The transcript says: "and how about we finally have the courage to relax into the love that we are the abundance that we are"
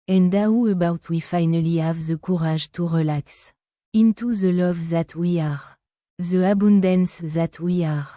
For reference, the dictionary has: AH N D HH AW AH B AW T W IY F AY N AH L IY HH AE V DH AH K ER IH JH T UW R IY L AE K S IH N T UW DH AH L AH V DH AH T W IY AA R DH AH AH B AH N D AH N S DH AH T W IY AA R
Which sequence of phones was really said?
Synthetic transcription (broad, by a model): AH N D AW AH B AW T W IY F AY N AH L IY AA V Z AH K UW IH ZH T UW R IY L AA K S IH N T UW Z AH L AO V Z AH T W IY AA R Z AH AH B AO N D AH N S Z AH T W IY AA R